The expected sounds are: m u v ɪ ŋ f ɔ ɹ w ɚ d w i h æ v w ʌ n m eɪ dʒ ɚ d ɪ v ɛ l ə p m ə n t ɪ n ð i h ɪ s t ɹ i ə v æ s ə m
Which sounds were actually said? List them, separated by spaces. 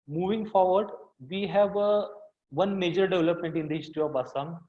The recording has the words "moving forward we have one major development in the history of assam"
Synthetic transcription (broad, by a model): m u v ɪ ŋ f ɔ ɹ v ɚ d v i h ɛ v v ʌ n m eɪ dʒ ɚ d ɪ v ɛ l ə p m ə n t ɪ n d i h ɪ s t i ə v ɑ s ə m